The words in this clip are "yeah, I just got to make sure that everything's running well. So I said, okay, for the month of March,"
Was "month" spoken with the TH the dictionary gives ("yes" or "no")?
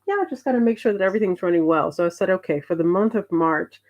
yes